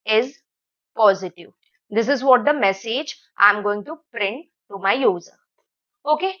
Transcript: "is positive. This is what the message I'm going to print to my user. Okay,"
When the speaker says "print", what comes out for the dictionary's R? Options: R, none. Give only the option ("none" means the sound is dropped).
R